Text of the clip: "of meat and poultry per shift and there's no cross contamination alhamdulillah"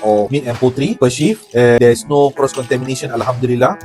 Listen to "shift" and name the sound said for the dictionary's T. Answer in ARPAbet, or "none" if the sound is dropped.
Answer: none